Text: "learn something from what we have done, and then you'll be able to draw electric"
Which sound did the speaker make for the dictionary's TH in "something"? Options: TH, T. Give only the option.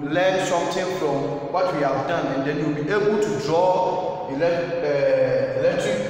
T